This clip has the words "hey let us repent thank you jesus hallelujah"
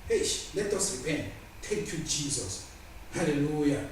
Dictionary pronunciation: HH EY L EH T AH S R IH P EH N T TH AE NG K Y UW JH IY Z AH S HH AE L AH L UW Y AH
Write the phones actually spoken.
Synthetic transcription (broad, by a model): HH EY L EH T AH S R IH P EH N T T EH K Y UW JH IY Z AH S HH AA L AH L UW Y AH